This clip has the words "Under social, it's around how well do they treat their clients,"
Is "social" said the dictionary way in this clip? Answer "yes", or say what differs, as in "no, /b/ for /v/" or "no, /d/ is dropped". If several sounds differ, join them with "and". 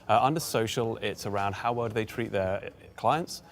yes